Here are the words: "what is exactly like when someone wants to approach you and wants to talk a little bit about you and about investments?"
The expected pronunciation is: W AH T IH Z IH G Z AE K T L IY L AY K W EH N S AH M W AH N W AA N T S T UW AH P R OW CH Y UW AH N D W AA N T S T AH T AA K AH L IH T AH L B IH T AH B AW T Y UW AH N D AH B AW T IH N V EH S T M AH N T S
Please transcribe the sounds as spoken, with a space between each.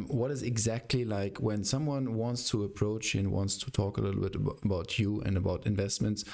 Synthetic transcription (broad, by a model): W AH T IH Z IH G Z AE K T L IY L AY K W EH N S AH M W AH N W AA N T S T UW AH P R OW CH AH N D W AA N T S T AH T AA K AH L IH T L B IH T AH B AW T Y UW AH N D AH B AW T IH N V EH S T M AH N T S